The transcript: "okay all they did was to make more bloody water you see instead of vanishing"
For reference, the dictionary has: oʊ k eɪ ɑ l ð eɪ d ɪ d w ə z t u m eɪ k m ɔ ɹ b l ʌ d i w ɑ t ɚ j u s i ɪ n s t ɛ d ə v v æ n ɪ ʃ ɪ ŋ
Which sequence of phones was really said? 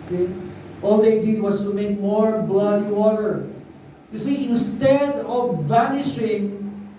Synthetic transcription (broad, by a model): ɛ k ɑ l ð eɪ d ɪ d w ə s t u m eɪ k m ɔ ɹ b l ʌ d i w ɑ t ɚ j u s i ɪ n s t ɛ d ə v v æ n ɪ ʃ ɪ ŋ